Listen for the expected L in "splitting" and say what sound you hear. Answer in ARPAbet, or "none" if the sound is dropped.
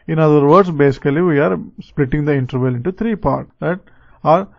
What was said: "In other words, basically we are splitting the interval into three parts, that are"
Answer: L